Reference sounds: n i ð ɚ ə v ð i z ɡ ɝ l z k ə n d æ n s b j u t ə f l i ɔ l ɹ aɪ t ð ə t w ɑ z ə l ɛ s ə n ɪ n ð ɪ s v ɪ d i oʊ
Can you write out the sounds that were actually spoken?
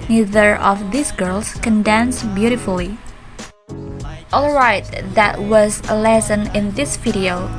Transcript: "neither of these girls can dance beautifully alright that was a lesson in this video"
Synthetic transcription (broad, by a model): n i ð ɚ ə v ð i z ɡ ɝ l s k ə n d æ n s b j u t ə f l i ɔ l ɹ aɪ t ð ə t w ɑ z ə l ɛ s ə n ɪ n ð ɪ s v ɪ d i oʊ